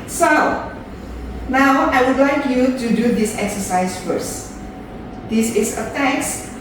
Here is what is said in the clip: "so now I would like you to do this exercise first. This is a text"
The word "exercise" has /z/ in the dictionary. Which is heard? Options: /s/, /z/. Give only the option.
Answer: /s/